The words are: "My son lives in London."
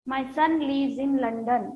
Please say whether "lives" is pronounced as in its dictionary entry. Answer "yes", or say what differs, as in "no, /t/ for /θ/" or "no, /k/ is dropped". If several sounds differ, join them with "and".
no, /v/ is dropped